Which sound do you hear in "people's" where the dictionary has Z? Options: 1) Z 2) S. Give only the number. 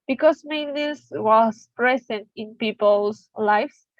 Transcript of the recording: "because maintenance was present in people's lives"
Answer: 2